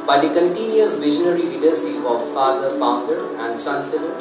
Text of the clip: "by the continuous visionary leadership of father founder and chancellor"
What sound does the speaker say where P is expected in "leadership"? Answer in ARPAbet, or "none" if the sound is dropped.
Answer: none